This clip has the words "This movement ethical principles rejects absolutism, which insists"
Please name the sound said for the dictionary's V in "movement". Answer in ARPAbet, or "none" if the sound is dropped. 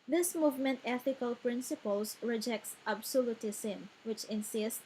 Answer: V